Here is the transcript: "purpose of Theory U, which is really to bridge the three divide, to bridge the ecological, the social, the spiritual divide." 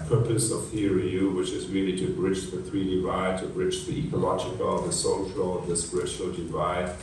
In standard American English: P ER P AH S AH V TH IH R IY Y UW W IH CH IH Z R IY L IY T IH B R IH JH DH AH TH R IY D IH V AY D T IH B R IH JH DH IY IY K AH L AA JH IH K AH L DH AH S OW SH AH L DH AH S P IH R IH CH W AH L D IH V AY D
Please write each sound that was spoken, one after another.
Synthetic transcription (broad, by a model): P ER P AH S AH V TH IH R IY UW W IH CH IH Z R IY L IY T IH B R IH JH DH AH TH R IY D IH V AY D T IH B R IH JH DH IY IY K AH L AA JH IH K AH L DH AH S OW SH AH L DH AH S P R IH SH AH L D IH V AY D